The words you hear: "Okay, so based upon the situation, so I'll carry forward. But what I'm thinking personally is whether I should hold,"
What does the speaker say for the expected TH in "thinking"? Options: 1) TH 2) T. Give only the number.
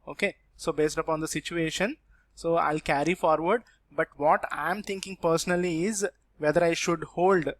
2